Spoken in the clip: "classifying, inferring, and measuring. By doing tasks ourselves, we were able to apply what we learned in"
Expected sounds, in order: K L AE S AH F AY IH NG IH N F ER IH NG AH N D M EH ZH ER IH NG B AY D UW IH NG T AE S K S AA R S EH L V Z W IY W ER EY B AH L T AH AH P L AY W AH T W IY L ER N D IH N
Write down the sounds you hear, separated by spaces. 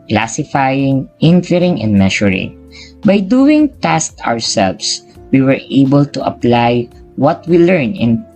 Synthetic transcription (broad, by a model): K L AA S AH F AY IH NG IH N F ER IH NG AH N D M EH SH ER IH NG B AY D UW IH NG T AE S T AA R S EH L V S W IY W ER EY B AH L T AH AH P L AY W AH T W IY L ER N IH N